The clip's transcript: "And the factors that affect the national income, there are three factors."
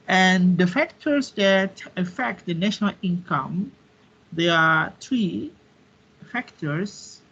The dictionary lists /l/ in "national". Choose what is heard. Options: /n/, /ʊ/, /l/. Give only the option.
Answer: /l/